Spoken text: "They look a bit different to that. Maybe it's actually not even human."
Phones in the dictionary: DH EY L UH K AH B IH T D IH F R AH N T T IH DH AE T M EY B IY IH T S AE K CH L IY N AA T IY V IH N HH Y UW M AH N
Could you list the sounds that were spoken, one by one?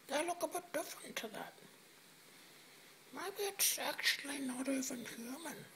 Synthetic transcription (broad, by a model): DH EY L UH K AH B IH T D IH F R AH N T T IH DH AE T M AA IY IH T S AE K CH L IY N AA T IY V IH N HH Y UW M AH N